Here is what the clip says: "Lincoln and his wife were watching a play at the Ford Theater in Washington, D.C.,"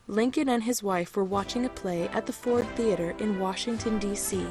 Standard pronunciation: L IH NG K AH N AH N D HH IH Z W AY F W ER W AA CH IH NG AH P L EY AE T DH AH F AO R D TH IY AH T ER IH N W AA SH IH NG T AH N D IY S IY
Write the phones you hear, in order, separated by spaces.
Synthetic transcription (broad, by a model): L IH NG K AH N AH N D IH Z W AY F W ER W AA CH IH NG AH P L EY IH T DH AH F AO R D TH IY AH T ER IH N W AA SH IH NG T AH N D IY S IY